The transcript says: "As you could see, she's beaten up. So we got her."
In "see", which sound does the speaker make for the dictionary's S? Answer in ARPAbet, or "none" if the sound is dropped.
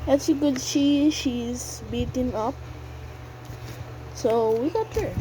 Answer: SH